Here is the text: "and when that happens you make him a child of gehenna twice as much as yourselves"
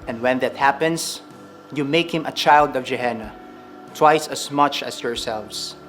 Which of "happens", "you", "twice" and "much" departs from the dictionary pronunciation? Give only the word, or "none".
happens